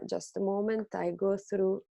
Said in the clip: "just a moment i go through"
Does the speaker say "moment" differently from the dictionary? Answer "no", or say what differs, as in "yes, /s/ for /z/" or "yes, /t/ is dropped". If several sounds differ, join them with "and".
no